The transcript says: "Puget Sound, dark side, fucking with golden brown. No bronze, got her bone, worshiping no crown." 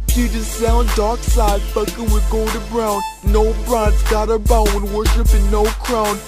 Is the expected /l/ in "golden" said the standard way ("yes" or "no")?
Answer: no